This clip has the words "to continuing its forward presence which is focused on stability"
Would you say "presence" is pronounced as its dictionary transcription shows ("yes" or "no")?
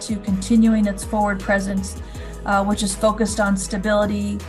yes